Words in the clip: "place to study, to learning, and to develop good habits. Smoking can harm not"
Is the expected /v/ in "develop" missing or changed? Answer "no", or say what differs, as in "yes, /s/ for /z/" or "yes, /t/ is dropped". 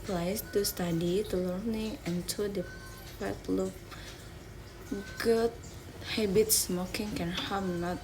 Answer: yes, /p/ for /v/